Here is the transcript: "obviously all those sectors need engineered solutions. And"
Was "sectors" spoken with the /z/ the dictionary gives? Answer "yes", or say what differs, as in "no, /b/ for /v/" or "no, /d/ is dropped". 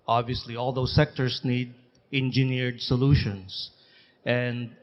no, /s/ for /z/